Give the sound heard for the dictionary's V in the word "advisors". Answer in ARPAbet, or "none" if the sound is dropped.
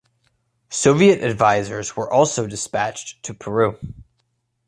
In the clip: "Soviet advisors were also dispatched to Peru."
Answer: V